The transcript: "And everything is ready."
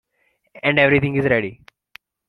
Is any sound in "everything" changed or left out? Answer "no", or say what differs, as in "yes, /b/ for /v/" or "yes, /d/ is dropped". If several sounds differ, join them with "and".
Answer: yes, /t/ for /θ/